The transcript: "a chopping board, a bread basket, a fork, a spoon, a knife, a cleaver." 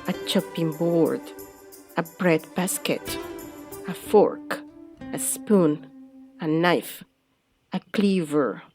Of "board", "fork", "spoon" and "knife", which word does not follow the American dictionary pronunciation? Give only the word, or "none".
none